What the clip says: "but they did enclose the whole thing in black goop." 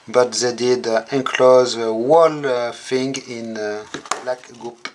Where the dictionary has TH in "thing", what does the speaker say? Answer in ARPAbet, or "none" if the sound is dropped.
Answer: F